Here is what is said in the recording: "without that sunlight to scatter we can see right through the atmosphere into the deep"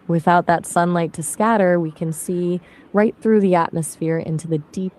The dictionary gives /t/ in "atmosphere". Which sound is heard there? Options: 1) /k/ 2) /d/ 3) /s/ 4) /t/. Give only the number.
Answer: 4